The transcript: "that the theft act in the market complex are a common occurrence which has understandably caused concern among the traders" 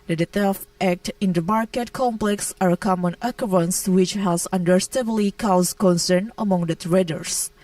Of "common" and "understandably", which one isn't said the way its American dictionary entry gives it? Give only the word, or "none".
understandably